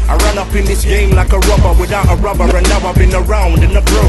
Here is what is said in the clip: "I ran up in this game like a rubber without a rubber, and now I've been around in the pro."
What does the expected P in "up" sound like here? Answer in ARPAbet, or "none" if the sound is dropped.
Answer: P